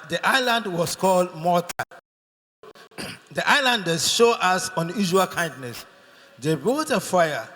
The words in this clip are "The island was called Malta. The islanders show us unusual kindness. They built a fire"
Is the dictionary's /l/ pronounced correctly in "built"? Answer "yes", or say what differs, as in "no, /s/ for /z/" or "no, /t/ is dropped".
no, /l/ is dropped